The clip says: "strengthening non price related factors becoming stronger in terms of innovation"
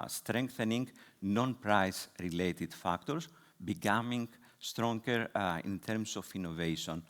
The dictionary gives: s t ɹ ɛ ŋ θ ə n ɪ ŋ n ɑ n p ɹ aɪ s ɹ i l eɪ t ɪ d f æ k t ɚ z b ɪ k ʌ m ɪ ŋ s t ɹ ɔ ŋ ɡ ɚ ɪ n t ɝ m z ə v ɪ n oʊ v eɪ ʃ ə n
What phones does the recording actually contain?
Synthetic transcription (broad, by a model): s t ɹ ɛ ŋ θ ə n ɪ ŋ n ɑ n p ɹ aɪ s ɹ i l eɪ t ɪ d f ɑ k t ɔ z b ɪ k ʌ m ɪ ŋ s t ɹ ɔ ŋ ɡ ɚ ɪ n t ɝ m s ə f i n oʊ v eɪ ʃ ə n